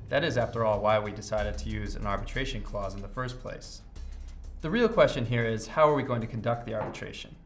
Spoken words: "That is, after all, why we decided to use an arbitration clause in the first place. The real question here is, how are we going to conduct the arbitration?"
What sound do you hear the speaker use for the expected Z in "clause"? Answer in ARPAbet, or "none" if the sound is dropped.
Z